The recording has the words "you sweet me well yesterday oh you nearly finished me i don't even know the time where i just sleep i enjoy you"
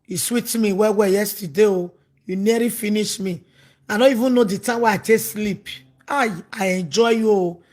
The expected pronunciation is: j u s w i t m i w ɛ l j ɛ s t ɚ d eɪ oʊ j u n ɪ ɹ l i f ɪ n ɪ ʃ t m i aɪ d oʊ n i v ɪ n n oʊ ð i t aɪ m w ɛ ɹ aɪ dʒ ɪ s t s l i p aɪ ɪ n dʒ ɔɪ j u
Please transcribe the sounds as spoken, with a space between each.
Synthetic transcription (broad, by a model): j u s w i t m i w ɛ w j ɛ s t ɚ d eɪ oʊ j u n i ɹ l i f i n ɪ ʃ m i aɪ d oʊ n i v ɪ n n oʊ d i t aɪ m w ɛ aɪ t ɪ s s l i p aɪ ɪ n dʒ ɔɪ j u